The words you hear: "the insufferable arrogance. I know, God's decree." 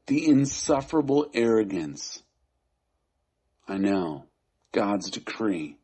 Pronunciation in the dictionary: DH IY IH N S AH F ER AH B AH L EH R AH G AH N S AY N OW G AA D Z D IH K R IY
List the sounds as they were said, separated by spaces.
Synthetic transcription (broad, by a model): DH IY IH N S AH F ER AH B L EH R AH G AH N S AY N OW G AA D Z D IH K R IY